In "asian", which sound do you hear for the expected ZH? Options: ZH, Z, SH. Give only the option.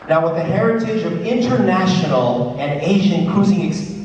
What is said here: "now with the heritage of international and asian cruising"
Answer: ZH